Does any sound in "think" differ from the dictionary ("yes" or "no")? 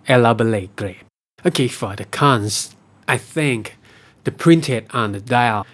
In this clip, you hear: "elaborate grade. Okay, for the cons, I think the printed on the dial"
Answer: no